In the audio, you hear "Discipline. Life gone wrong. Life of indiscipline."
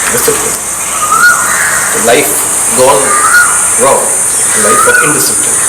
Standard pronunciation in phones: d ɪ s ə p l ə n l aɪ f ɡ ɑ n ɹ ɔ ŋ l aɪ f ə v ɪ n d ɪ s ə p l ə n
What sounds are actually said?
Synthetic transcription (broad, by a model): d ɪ s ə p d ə l aɪ f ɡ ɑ l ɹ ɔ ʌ l aɪ f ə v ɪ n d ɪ s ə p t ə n